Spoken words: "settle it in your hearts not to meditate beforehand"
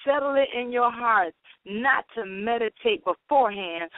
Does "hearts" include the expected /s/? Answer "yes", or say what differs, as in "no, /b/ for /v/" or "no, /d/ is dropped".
no, /s/ is dropped